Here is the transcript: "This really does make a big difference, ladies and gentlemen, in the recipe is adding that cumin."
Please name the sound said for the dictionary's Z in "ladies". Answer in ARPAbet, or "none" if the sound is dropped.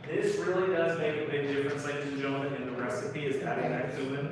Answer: none